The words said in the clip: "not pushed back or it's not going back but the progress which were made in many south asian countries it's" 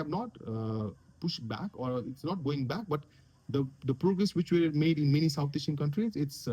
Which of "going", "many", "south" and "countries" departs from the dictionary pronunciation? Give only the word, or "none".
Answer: south